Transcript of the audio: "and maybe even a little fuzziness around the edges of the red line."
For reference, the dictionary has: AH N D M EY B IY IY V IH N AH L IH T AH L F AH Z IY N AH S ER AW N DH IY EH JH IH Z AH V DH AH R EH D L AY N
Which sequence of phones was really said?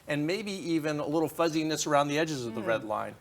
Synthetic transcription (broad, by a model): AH N M EY B IY IY V IH N AH L IH T L F AH Z IY N AH S ER AW N DH IY EH JH IH Z AH V DH AH R EH D L AY N